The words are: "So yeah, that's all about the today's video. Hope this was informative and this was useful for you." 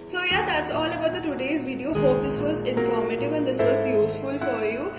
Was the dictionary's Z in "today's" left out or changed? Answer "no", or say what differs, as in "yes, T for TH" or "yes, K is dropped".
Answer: no